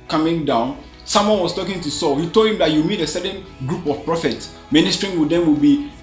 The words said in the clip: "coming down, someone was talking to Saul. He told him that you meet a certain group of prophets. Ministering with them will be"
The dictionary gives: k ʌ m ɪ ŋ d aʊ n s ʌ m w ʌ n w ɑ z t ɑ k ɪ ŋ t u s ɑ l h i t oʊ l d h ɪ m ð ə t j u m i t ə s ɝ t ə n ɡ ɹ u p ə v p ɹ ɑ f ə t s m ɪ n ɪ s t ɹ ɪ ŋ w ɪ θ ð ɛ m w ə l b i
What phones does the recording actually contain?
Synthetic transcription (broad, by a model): k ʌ m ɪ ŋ d aʊ n s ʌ m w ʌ n w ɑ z t ɑ k ɪ ŋ t u s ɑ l h i t oʊ l d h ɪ m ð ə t j u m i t ə s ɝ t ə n ɡ ɹ u p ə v p ɹ ɑ f ə t s m ɪ n ɪ s t ɹ ɪ ŋ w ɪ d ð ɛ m w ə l b i